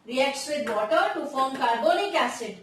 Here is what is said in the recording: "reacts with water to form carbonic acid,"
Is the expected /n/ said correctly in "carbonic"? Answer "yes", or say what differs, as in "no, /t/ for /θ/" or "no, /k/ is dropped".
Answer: no, /l/ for /n/